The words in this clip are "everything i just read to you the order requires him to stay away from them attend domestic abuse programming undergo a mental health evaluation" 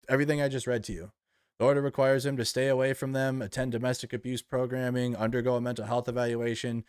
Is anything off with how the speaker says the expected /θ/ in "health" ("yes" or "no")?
no